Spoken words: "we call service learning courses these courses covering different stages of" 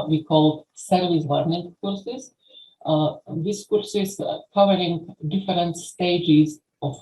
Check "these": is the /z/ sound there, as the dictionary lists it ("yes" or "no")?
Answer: no